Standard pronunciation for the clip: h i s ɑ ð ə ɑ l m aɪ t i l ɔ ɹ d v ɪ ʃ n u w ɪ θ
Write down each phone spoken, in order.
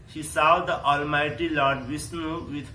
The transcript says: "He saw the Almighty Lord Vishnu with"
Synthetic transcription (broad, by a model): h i s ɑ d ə ɑ l m aɪ t i l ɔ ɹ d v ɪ s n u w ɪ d